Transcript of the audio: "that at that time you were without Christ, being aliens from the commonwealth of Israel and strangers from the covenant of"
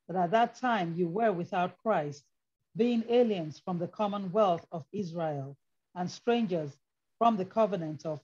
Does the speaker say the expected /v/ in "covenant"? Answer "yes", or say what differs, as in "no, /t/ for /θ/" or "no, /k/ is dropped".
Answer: yes